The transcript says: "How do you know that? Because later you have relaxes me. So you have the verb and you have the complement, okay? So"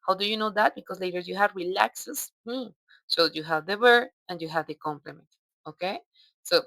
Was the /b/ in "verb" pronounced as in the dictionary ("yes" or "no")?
no